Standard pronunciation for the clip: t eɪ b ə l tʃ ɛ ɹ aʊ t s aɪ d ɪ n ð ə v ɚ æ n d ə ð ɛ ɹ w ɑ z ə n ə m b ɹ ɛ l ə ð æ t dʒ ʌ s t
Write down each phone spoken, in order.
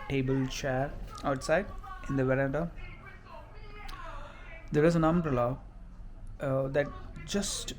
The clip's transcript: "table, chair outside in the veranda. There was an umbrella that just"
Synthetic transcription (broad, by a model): t eɪ b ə l tʃ ɛ ɹ aʊ t s aɪ d ɪ n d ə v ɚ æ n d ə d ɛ ɹ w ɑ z ə n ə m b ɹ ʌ l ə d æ t dʒ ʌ s t